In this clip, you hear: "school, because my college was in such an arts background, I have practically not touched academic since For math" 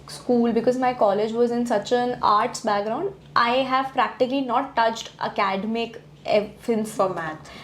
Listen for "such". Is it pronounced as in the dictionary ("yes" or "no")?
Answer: yes